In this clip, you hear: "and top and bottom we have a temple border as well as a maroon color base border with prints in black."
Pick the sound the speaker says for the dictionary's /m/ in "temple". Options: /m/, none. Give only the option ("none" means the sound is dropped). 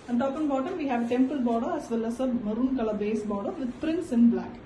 /m/